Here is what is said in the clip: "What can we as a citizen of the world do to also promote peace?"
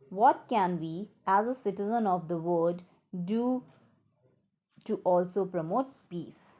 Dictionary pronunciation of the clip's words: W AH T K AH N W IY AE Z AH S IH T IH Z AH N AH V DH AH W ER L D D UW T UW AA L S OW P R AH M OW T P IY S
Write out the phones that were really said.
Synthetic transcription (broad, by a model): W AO T K AH N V IY AE Z AH S IH T IH Z AH N AH V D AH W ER D D UW T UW AA L S OW P R AH M OW T P IY S